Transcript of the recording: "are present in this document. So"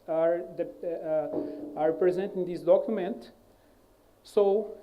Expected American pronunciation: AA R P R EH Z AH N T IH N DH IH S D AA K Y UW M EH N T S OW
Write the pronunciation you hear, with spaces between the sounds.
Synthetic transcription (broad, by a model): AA R P R EH Z AH N T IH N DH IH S D AA K Y UW M EH N T S OW